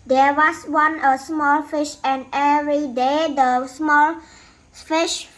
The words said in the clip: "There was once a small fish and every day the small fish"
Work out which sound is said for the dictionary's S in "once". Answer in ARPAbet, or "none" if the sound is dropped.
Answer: none